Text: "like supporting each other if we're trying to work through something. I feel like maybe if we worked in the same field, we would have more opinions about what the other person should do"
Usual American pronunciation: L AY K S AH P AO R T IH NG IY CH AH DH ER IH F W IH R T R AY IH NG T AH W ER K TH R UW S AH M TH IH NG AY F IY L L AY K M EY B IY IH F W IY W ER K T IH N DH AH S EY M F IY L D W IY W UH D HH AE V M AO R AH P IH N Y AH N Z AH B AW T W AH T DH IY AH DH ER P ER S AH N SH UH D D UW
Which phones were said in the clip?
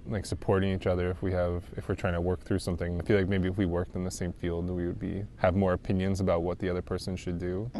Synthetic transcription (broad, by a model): L AY K S AH P AO R T IH NG IY CH AH DH ER IH F W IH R T R AY IH NG T AH W ER K TH R UW S AH M TH IH NG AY F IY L L AY K M EY B IY IH F W IY W ER K T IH N DH AH S EY M F IY L D W IY W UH D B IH V M AO R AH P IH N Y AH N Z AH B AW T W AH T DH IY AH DH ER P ER S AH N SH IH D D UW